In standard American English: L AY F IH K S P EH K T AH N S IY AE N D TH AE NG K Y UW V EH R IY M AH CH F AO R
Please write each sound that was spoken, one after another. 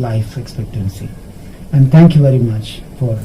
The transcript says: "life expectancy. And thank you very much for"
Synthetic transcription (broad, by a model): L AY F IH K S P EH K T AH N S IY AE N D T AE NG K Y UW V EH R IY M AH CH F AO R